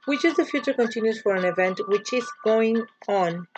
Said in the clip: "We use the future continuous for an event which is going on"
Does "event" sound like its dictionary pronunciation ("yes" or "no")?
yes